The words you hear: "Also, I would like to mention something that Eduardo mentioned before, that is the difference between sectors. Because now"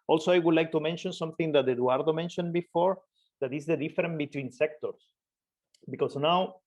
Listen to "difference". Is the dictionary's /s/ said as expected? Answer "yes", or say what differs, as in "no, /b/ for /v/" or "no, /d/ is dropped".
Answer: no, /s/ is dropped